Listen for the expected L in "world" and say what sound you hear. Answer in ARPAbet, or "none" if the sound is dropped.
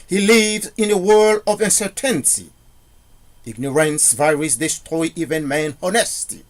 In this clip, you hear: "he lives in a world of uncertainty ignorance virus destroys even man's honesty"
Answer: L